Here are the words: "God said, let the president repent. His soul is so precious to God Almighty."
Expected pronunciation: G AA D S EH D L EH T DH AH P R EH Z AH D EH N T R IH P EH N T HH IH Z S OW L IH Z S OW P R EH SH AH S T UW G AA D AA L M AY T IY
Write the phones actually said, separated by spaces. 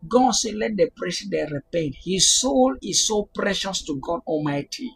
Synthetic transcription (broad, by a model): G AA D S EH L EH T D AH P R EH S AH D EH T R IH P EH N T HH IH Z S OW L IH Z S OW P R EH SH AH S T UW G AA D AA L M AY T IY